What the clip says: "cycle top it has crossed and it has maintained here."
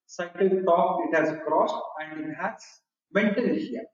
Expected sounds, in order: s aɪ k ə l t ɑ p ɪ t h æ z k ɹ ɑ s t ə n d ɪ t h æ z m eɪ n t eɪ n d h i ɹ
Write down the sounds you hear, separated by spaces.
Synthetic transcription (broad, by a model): s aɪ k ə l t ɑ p ɪ t h æ z k ɹ ɑ s t ə n d ɪ t h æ s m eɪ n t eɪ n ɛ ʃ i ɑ